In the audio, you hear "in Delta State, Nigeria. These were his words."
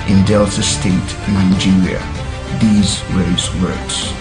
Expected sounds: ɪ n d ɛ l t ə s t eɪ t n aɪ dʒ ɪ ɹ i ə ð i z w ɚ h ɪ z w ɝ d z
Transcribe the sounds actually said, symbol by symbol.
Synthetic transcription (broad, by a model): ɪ n d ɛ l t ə s t eɪ t n aɪ dʒ ɪ ɹ i ə ð i z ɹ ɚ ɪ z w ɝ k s